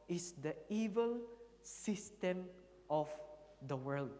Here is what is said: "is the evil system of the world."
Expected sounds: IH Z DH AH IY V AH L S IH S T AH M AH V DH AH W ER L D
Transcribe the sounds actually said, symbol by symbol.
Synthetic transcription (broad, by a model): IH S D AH IY V AH L S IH S T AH M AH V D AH W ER L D